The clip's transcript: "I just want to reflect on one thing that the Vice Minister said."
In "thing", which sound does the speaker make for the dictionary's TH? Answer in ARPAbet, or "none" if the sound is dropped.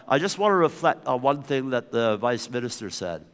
TH